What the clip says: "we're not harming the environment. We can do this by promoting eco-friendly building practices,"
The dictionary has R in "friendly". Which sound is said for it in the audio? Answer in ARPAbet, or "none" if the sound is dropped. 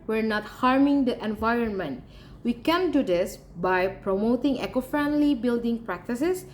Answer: R